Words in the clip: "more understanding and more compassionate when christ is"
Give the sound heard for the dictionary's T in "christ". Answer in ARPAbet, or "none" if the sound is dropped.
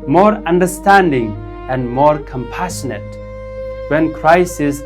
none